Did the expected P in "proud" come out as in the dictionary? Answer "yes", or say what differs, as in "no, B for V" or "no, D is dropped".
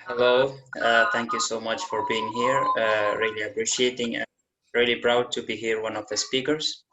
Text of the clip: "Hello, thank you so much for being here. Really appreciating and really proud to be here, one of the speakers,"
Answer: no, B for P